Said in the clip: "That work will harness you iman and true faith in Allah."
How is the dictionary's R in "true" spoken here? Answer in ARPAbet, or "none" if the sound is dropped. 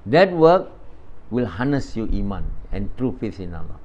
R